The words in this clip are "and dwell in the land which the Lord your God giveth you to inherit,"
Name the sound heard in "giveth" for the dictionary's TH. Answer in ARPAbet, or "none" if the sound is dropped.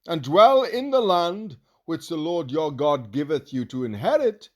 TH